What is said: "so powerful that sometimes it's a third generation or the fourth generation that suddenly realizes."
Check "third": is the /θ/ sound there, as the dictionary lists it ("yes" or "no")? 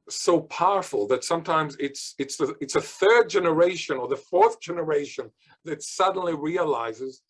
yes